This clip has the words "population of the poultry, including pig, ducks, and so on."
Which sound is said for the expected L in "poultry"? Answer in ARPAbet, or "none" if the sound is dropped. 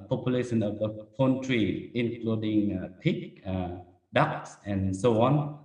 N